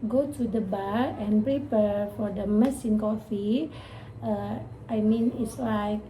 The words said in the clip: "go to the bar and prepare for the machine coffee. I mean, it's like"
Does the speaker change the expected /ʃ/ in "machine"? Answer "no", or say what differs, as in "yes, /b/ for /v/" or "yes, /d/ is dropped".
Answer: yes, /s/ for /ʃ/